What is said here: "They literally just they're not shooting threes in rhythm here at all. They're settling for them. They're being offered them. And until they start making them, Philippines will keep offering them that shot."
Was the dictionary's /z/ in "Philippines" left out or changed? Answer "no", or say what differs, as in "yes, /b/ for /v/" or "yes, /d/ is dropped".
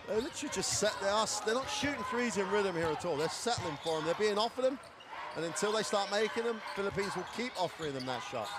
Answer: no